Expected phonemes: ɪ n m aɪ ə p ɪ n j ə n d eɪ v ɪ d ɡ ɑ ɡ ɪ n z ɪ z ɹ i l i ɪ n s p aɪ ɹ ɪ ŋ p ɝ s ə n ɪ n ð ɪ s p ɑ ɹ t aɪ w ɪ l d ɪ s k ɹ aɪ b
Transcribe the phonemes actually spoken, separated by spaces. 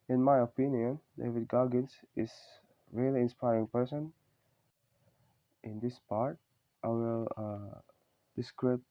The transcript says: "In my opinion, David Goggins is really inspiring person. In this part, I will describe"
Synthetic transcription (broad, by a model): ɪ n m aɪ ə p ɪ n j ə n d eɪ v ɪ d ɡ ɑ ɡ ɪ n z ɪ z ɹ i l i ɪ n s p aɪ ɹ ɪ ŋ p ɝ s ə n ɪ n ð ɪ s p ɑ ɹ t aɪ w ɪ l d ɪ s k ɹ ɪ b